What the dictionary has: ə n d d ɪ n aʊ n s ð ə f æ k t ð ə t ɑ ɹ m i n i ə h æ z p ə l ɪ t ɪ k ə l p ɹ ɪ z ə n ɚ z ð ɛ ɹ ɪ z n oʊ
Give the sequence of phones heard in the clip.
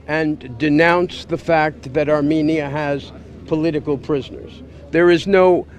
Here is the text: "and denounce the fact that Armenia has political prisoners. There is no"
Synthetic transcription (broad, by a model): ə n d d ɪ n aʊ n s ð ə f æ k t ð ə t ɑ ɹ m i n i ə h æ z p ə l ɪ t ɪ k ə l p ɹ ɪ z ə n ɚ z ð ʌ ɹ ɪ z n oʊ